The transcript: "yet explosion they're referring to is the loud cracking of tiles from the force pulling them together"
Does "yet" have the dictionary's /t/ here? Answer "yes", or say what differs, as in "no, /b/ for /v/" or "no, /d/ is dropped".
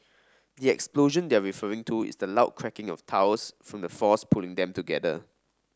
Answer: no, /t/ is dropped